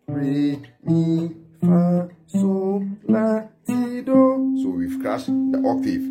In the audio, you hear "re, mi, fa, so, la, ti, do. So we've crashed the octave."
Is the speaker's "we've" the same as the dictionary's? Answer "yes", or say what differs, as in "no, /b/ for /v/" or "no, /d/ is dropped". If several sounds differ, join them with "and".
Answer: no, /f/ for /v/